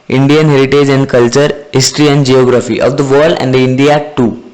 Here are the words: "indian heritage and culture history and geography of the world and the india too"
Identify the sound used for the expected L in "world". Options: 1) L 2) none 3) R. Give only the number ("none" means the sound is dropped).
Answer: 2